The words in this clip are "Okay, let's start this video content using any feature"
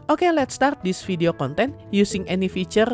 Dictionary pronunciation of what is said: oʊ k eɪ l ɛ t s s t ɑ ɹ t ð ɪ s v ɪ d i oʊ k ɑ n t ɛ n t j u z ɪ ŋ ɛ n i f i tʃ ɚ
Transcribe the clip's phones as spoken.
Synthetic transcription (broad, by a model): oʊ k eɪ l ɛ t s s t ɑ ɹ t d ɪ s f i d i oʊ k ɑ n t ɛ n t j u s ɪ ŋ ɛ n i f i tʃ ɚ